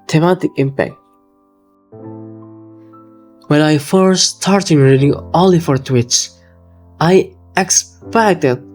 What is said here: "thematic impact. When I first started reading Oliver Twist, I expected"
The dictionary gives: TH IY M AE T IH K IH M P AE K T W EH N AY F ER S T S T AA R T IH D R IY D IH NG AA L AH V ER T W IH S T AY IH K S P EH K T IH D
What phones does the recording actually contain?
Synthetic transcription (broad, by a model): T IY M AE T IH K IH M P AE K T W EH N AY F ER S S T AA R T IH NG R IY D IH NG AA L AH F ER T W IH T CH AY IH K S P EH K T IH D